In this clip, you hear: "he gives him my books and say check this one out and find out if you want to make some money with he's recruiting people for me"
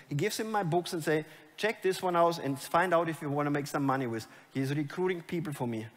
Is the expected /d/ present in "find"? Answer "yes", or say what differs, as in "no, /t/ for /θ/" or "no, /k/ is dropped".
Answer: yes